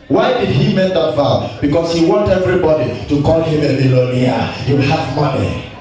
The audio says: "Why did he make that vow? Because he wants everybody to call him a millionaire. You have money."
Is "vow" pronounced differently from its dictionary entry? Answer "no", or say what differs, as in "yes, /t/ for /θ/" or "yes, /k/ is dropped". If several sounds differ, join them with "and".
yes, /f/ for /v/